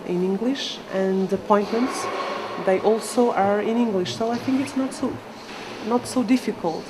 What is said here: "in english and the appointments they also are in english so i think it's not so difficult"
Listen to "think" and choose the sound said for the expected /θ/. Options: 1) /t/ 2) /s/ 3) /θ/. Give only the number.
3